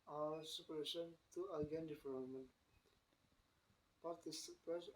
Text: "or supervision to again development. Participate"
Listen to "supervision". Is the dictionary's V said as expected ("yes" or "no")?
no